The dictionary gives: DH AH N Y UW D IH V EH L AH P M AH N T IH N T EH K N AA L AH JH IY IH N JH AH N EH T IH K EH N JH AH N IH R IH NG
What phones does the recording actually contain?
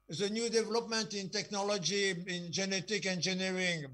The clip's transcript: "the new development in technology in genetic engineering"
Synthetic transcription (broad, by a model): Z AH N Y UW D IH V EH L AH P M AH N T IH N T EH K N AA L AH JH IY IH N JH AH N EH T IH K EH N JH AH N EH R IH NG